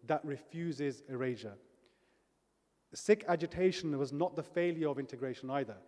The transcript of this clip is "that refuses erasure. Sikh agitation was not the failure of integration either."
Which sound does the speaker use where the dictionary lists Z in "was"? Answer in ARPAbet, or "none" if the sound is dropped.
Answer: Z